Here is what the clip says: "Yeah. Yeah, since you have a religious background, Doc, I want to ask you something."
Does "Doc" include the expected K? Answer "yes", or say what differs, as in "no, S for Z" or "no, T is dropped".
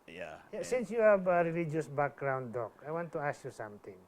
yes